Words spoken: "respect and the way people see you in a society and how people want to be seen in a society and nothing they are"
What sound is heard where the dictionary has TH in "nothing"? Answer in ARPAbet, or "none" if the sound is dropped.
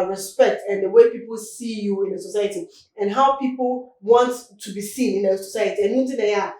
T